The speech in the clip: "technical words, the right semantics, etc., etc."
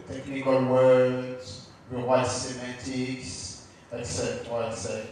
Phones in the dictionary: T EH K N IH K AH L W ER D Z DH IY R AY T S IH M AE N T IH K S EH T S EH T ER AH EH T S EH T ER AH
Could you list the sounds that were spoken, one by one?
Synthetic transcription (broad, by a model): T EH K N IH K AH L W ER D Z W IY W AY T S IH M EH T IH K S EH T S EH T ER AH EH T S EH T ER